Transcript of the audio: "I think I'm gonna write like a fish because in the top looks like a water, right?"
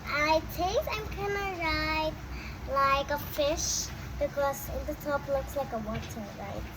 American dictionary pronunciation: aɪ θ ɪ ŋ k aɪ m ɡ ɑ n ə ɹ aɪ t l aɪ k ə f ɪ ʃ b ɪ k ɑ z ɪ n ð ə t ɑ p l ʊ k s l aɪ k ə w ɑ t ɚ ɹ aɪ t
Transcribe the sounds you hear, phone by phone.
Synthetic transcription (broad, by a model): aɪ t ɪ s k aɪ m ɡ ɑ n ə ɹ aɪ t l aɪ k ə f ɪ ʃ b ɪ k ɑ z ɪ n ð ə t ɑ p l ʊ k s l aɪ k ə w ɑ t ɚ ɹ aɪ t